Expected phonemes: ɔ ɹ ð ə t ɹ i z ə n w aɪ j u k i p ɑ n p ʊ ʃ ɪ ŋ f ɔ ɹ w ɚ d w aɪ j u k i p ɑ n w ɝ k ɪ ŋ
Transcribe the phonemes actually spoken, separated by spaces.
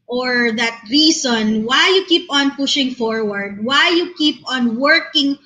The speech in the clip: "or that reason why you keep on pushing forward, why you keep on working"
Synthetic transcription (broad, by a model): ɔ ɹ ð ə t ɹ i s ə n w aɪ j u k i p ɑ n p ʊ ʃ ɪ ŋ f ɔ ɹ w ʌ d w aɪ j u k i p ɑ n w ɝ k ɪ ŋ